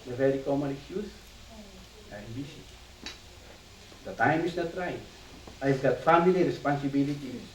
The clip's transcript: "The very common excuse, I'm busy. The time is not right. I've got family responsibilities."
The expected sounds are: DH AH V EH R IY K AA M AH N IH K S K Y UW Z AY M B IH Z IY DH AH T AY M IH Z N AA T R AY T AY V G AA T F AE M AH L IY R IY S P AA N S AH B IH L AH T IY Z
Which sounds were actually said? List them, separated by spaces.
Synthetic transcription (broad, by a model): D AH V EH R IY K AA M AH N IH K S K Y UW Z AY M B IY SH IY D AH T AY M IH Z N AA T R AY AY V G AA T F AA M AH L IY R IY S P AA N S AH B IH L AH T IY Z